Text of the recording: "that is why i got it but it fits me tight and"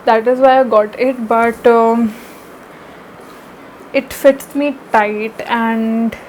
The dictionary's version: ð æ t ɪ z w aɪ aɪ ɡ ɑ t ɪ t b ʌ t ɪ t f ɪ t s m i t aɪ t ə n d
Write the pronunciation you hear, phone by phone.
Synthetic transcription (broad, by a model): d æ t ɪ z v aɪ aɪ ɡ ɑ t ɪ t b ʌ t ɪ t f ɪ t s m i t aɪ t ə n d